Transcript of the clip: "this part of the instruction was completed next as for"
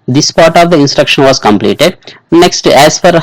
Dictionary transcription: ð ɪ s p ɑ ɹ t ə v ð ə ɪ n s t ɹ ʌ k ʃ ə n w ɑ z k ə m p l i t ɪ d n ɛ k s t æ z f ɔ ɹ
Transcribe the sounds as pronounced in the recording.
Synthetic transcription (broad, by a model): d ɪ s p ɑ ɹ t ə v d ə ɪ n s t ɹ ʌ k ʃ ə n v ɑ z k ə m p l i t ɪ d n ɛ k s t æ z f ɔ ɹ